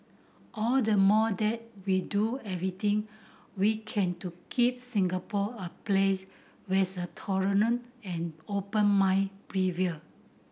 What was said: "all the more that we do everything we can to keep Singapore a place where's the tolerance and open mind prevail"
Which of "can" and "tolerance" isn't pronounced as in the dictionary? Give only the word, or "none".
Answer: tolerance